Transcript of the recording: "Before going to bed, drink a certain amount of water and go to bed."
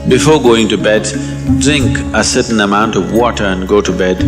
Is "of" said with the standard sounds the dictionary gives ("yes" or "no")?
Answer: yes